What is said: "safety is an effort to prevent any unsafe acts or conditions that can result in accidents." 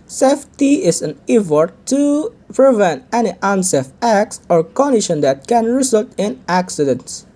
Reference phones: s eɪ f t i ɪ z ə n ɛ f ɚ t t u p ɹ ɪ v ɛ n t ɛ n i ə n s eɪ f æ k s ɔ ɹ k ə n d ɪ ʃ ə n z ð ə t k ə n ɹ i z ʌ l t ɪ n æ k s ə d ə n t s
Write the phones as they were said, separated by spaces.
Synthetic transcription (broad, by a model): s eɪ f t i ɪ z ə n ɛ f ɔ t t u p ɹ ɪ v ɛ n t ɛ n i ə n s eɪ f æ k s ɔ ɹ k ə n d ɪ ʃ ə n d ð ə t k ə n ɹ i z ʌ l t ɪ n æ k s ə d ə n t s